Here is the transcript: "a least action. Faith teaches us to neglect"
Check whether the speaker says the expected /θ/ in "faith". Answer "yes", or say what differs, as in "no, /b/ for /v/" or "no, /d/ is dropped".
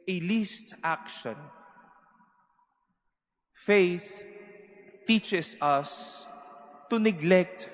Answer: yes